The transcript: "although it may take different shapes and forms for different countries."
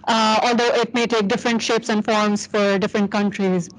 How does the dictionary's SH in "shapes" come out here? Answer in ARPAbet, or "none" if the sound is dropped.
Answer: SH